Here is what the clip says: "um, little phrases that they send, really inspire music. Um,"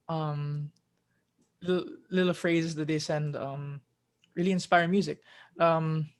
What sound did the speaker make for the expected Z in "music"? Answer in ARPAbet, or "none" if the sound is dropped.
Z